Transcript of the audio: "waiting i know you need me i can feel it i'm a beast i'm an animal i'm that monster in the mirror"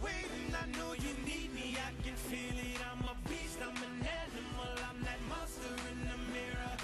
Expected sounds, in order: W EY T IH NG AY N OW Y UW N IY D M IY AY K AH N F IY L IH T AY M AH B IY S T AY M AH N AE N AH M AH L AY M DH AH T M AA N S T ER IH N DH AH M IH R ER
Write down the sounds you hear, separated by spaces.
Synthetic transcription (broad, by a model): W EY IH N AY N OW Y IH N IY D M IY AY K AH N F IY L IH T AY M AH B IY S T AY M AH N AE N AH M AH L AY M DH AH T M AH S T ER IH N DH AH M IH R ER